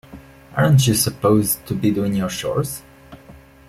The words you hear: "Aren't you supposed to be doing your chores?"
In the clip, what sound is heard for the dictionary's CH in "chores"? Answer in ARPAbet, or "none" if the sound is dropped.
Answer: SH